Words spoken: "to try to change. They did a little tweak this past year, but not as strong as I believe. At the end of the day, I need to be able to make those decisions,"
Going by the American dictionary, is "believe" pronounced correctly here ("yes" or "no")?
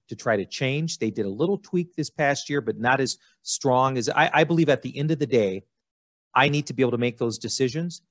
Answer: yes